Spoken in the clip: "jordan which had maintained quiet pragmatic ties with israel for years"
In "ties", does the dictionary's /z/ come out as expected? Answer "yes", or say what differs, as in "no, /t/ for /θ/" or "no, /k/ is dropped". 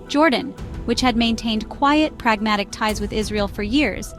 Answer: yes